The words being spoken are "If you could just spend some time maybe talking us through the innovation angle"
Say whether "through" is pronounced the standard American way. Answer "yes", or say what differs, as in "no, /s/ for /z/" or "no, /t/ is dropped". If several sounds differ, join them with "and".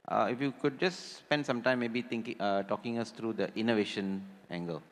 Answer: no, /t/ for /θ/